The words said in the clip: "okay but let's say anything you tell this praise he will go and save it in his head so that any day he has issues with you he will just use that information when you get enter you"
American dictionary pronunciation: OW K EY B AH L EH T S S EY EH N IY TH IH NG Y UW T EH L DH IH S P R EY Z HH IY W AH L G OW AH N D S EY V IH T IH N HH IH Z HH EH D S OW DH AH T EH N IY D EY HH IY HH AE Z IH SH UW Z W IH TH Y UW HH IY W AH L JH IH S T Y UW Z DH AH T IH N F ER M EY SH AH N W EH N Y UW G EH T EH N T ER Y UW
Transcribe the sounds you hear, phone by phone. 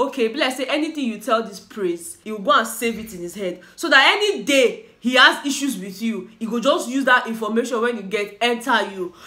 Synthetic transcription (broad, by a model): OW K EY B L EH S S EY EH N IY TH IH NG Y UW T EH L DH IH S P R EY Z HH IY W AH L G OW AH N S EY V IH T IH N HH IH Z HH EH D S OW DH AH T EH N IY D EY HH IY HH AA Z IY SH UW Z W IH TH Y UW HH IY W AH JH IH S T Y UW Z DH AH T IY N F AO M EY SH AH N W EH N Y UW G EH T EH N T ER Y UW